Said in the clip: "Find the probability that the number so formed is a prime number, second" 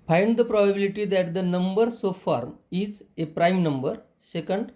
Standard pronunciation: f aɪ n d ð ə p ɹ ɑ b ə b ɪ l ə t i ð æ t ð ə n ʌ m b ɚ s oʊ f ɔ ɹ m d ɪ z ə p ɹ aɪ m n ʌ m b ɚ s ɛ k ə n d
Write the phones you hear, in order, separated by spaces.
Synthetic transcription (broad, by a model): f aɪ n d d ə p ɹ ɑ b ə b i l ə t i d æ t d ə n ʌ m b ɚ s oʊ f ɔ ɹ m ɪ z ə p ɹ aɪ m n ʌ m b ɚ s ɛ k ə n d